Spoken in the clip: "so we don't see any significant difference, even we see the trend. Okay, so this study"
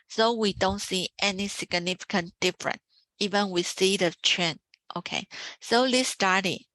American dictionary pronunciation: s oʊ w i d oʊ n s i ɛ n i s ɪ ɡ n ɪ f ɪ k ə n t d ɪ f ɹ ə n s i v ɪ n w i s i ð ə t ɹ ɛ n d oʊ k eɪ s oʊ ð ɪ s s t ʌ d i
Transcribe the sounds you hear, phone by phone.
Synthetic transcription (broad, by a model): s oʊ w i d oʊ n s i ɛ n i s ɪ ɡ n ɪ f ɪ k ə n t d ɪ f ɹ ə n i v ɪ n w i s i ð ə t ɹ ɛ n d oʊ k eɪ s oʊ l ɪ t s t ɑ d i